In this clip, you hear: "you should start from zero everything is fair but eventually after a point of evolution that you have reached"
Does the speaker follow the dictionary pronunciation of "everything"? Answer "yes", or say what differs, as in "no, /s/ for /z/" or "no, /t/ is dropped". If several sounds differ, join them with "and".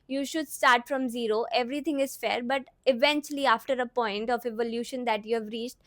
no, /t/ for /θ/